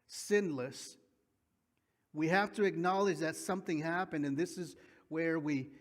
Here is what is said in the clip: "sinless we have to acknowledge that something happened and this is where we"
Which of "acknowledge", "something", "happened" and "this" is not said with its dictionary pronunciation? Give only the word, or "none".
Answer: none